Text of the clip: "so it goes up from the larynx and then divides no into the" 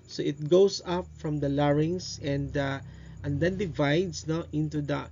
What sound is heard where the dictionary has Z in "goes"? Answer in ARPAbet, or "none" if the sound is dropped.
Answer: S